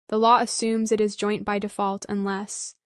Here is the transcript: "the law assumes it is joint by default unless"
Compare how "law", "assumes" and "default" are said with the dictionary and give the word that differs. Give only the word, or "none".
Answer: none